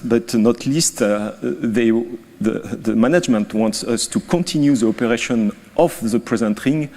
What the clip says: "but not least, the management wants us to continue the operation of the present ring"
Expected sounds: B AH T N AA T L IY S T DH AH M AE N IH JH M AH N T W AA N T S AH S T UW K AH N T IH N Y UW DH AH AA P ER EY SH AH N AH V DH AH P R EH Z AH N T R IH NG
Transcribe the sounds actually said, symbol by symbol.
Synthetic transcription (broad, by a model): B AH T N AA T L IY S T DH AH M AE N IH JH M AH N T W AA N T S AH S T UW K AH N T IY N Y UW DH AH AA P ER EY SH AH N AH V DH AH P R EH Z AH N T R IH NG